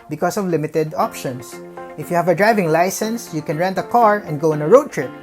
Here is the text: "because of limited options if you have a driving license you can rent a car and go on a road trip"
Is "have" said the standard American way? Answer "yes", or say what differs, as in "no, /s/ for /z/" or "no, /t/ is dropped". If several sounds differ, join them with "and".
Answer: yes